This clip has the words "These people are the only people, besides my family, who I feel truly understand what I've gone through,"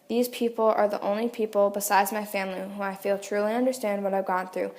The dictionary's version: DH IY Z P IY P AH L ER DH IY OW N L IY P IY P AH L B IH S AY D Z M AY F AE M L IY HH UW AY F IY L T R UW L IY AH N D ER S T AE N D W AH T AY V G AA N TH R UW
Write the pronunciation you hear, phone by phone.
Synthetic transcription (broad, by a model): DH IY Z P IY P L ER DH IY OW N L IY P IY P L B IH S AY D Z M AY F AE M L IY HH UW AY F IY L T R UW L IY AH N D ER S T AE N D W AH T AY V G AA N TH R UW